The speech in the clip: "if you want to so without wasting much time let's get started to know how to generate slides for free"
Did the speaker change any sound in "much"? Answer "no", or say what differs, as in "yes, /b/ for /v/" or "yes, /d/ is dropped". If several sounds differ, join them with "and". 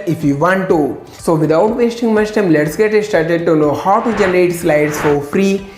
yes, /s/ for /tʃ/